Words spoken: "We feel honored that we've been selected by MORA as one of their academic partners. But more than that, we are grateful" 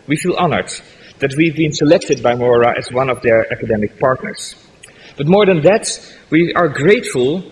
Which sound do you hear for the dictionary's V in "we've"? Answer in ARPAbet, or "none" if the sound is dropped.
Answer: V